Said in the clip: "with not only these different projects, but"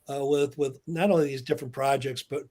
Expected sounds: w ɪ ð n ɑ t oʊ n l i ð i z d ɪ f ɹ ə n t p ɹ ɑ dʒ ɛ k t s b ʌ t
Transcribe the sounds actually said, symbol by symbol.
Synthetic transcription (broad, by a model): w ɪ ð n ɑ t oʊ n l i ð i z d ɪ f ɹ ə n p ɹ ɑ dʒ ɛ k t s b ʌ t